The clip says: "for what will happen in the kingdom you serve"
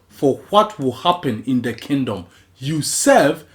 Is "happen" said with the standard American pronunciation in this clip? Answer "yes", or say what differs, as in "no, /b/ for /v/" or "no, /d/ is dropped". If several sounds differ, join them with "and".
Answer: yes